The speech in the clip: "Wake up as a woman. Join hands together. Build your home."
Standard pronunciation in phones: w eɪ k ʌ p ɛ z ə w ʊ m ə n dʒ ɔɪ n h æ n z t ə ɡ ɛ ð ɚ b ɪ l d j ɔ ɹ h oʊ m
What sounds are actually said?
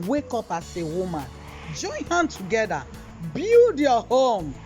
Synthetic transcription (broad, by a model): w eɪ k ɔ p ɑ s ə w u m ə n dʒ ɔɪ n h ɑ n t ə ɡ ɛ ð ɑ b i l d j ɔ h oʊ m